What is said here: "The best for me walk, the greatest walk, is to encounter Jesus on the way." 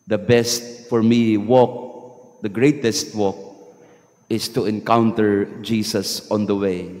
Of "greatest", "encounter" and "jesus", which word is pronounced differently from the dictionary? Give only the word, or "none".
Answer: jesus